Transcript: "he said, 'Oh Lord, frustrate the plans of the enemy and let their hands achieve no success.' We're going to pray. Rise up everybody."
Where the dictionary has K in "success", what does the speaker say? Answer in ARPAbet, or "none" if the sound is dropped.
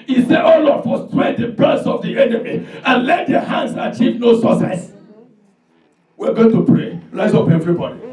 none